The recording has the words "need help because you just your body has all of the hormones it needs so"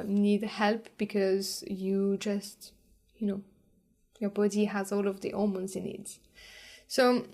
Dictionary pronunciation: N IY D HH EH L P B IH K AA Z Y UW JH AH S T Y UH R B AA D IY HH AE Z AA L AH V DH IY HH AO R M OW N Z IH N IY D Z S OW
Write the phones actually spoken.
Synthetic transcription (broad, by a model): N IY D HH EH L P B IH K AA Z Y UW JH AH S T Y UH R B AA D IY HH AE Z AA L AH V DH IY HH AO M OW N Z IH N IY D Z S OW